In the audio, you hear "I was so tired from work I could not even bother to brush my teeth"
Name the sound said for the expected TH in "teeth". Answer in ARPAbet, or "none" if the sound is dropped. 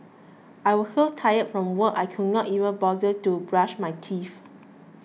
F